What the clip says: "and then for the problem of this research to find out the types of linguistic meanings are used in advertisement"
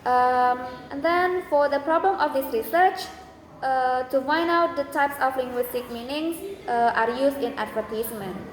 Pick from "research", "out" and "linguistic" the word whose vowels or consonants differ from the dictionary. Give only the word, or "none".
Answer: none